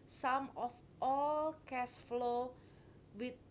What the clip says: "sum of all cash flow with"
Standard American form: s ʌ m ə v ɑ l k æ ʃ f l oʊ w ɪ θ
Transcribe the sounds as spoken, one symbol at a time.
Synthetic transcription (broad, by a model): s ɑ m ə f ɑ l k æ s f l oʊ w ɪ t